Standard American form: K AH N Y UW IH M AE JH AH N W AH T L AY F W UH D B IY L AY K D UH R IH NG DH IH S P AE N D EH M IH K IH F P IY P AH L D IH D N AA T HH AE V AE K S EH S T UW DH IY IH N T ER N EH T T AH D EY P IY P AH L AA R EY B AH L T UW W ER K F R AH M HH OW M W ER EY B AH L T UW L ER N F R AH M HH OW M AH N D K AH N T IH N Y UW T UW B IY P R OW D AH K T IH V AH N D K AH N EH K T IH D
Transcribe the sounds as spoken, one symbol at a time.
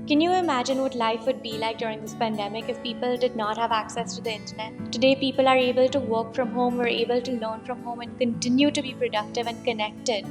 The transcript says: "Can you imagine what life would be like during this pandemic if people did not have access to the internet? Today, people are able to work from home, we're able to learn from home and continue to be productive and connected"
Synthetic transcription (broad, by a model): K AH N Y UW IH M AE JH AH N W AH T L AY F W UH D B IY L AY K D UH R IH NG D IH S P AE N D EH M IH K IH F P IY P AH L D IH D N AA T HH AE V AE K S EH S T UW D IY IH N T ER N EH T T AH D EY P IY P AH L AA R EY B AH L T UW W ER K F R AH M HH OW M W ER EY B AH L T UW L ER N F R AH M HH OW M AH N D K AH N T IH N Y UW T UW B IY P R OW D AH K T IH V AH N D K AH N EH K T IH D